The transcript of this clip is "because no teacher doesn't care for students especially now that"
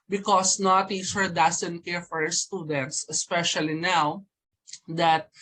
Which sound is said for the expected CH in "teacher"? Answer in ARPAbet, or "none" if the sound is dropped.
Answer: S